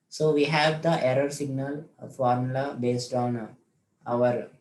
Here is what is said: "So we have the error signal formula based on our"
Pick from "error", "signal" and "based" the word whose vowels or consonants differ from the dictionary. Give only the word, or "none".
none